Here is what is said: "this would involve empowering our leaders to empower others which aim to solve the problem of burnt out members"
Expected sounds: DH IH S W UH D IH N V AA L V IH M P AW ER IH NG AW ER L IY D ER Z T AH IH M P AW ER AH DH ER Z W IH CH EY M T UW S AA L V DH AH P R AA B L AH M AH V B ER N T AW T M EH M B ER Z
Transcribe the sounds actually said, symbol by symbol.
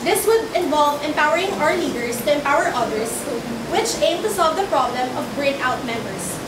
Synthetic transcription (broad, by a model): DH IH S W UH D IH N V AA L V IH M P AW ER IH NG AW ER L IY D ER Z T AH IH M P AW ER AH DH ER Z W IH CH EY M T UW S AA L V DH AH P R AA B L AH M AH V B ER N AW T M EH M B ER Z